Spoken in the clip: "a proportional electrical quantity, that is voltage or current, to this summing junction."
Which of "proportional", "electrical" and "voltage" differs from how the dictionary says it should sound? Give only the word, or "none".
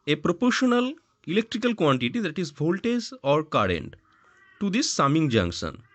voltage